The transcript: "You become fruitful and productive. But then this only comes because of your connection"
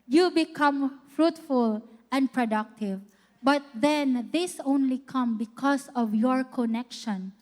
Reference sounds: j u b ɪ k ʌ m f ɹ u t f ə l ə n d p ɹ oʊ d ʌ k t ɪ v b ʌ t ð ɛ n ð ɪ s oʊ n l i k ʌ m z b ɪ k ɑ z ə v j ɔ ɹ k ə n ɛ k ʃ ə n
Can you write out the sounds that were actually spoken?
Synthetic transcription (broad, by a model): j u b ɪ k ʌ m f ɹ u t f ə l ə n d p ɹ oʊ d ʌ k t ɪ v b ʌ t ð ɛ n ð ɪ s oʊ n l i k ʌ m b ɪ k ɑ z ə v j ɔ ɹ k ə n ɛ k ʃ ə n